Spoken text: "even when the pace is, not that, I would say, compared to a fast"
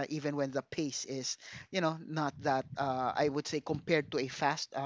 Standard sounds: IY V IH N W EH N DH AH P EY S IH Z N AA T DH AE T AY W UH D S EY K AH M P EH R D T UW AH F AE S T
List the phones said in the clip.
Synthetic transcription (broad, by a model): IY V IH N W EH N DH AH P EY S IH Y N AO T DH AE T AY W UH D S EY K AH M P EH R D T UW AH F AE S T